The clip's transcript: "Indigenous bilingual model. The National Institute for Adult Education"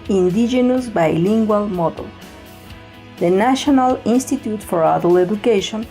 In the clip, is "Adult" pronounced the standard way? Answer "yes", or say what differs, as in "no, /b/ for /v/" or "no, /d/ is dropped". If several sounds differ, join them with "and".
no, /t/ is dropped